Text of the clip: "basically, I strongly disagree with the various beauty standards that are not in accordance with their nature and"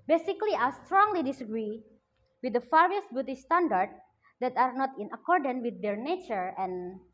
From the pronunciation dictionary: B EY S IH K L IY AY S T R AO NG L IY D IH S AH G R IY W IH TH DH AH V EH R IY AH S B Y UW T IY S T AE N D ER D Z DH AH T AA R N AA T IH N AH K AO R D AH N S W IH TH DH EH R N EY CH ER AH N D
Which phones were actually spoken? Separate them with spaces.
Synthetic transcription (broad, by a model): B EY S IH K L IY AY S T R AO NG L IY D IH S AH G R IY W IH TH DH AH F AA R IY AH S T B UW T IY S T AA N D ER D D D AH T AA R N AA T IH N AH K AO R D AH N W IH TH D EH R N EY CH ER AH N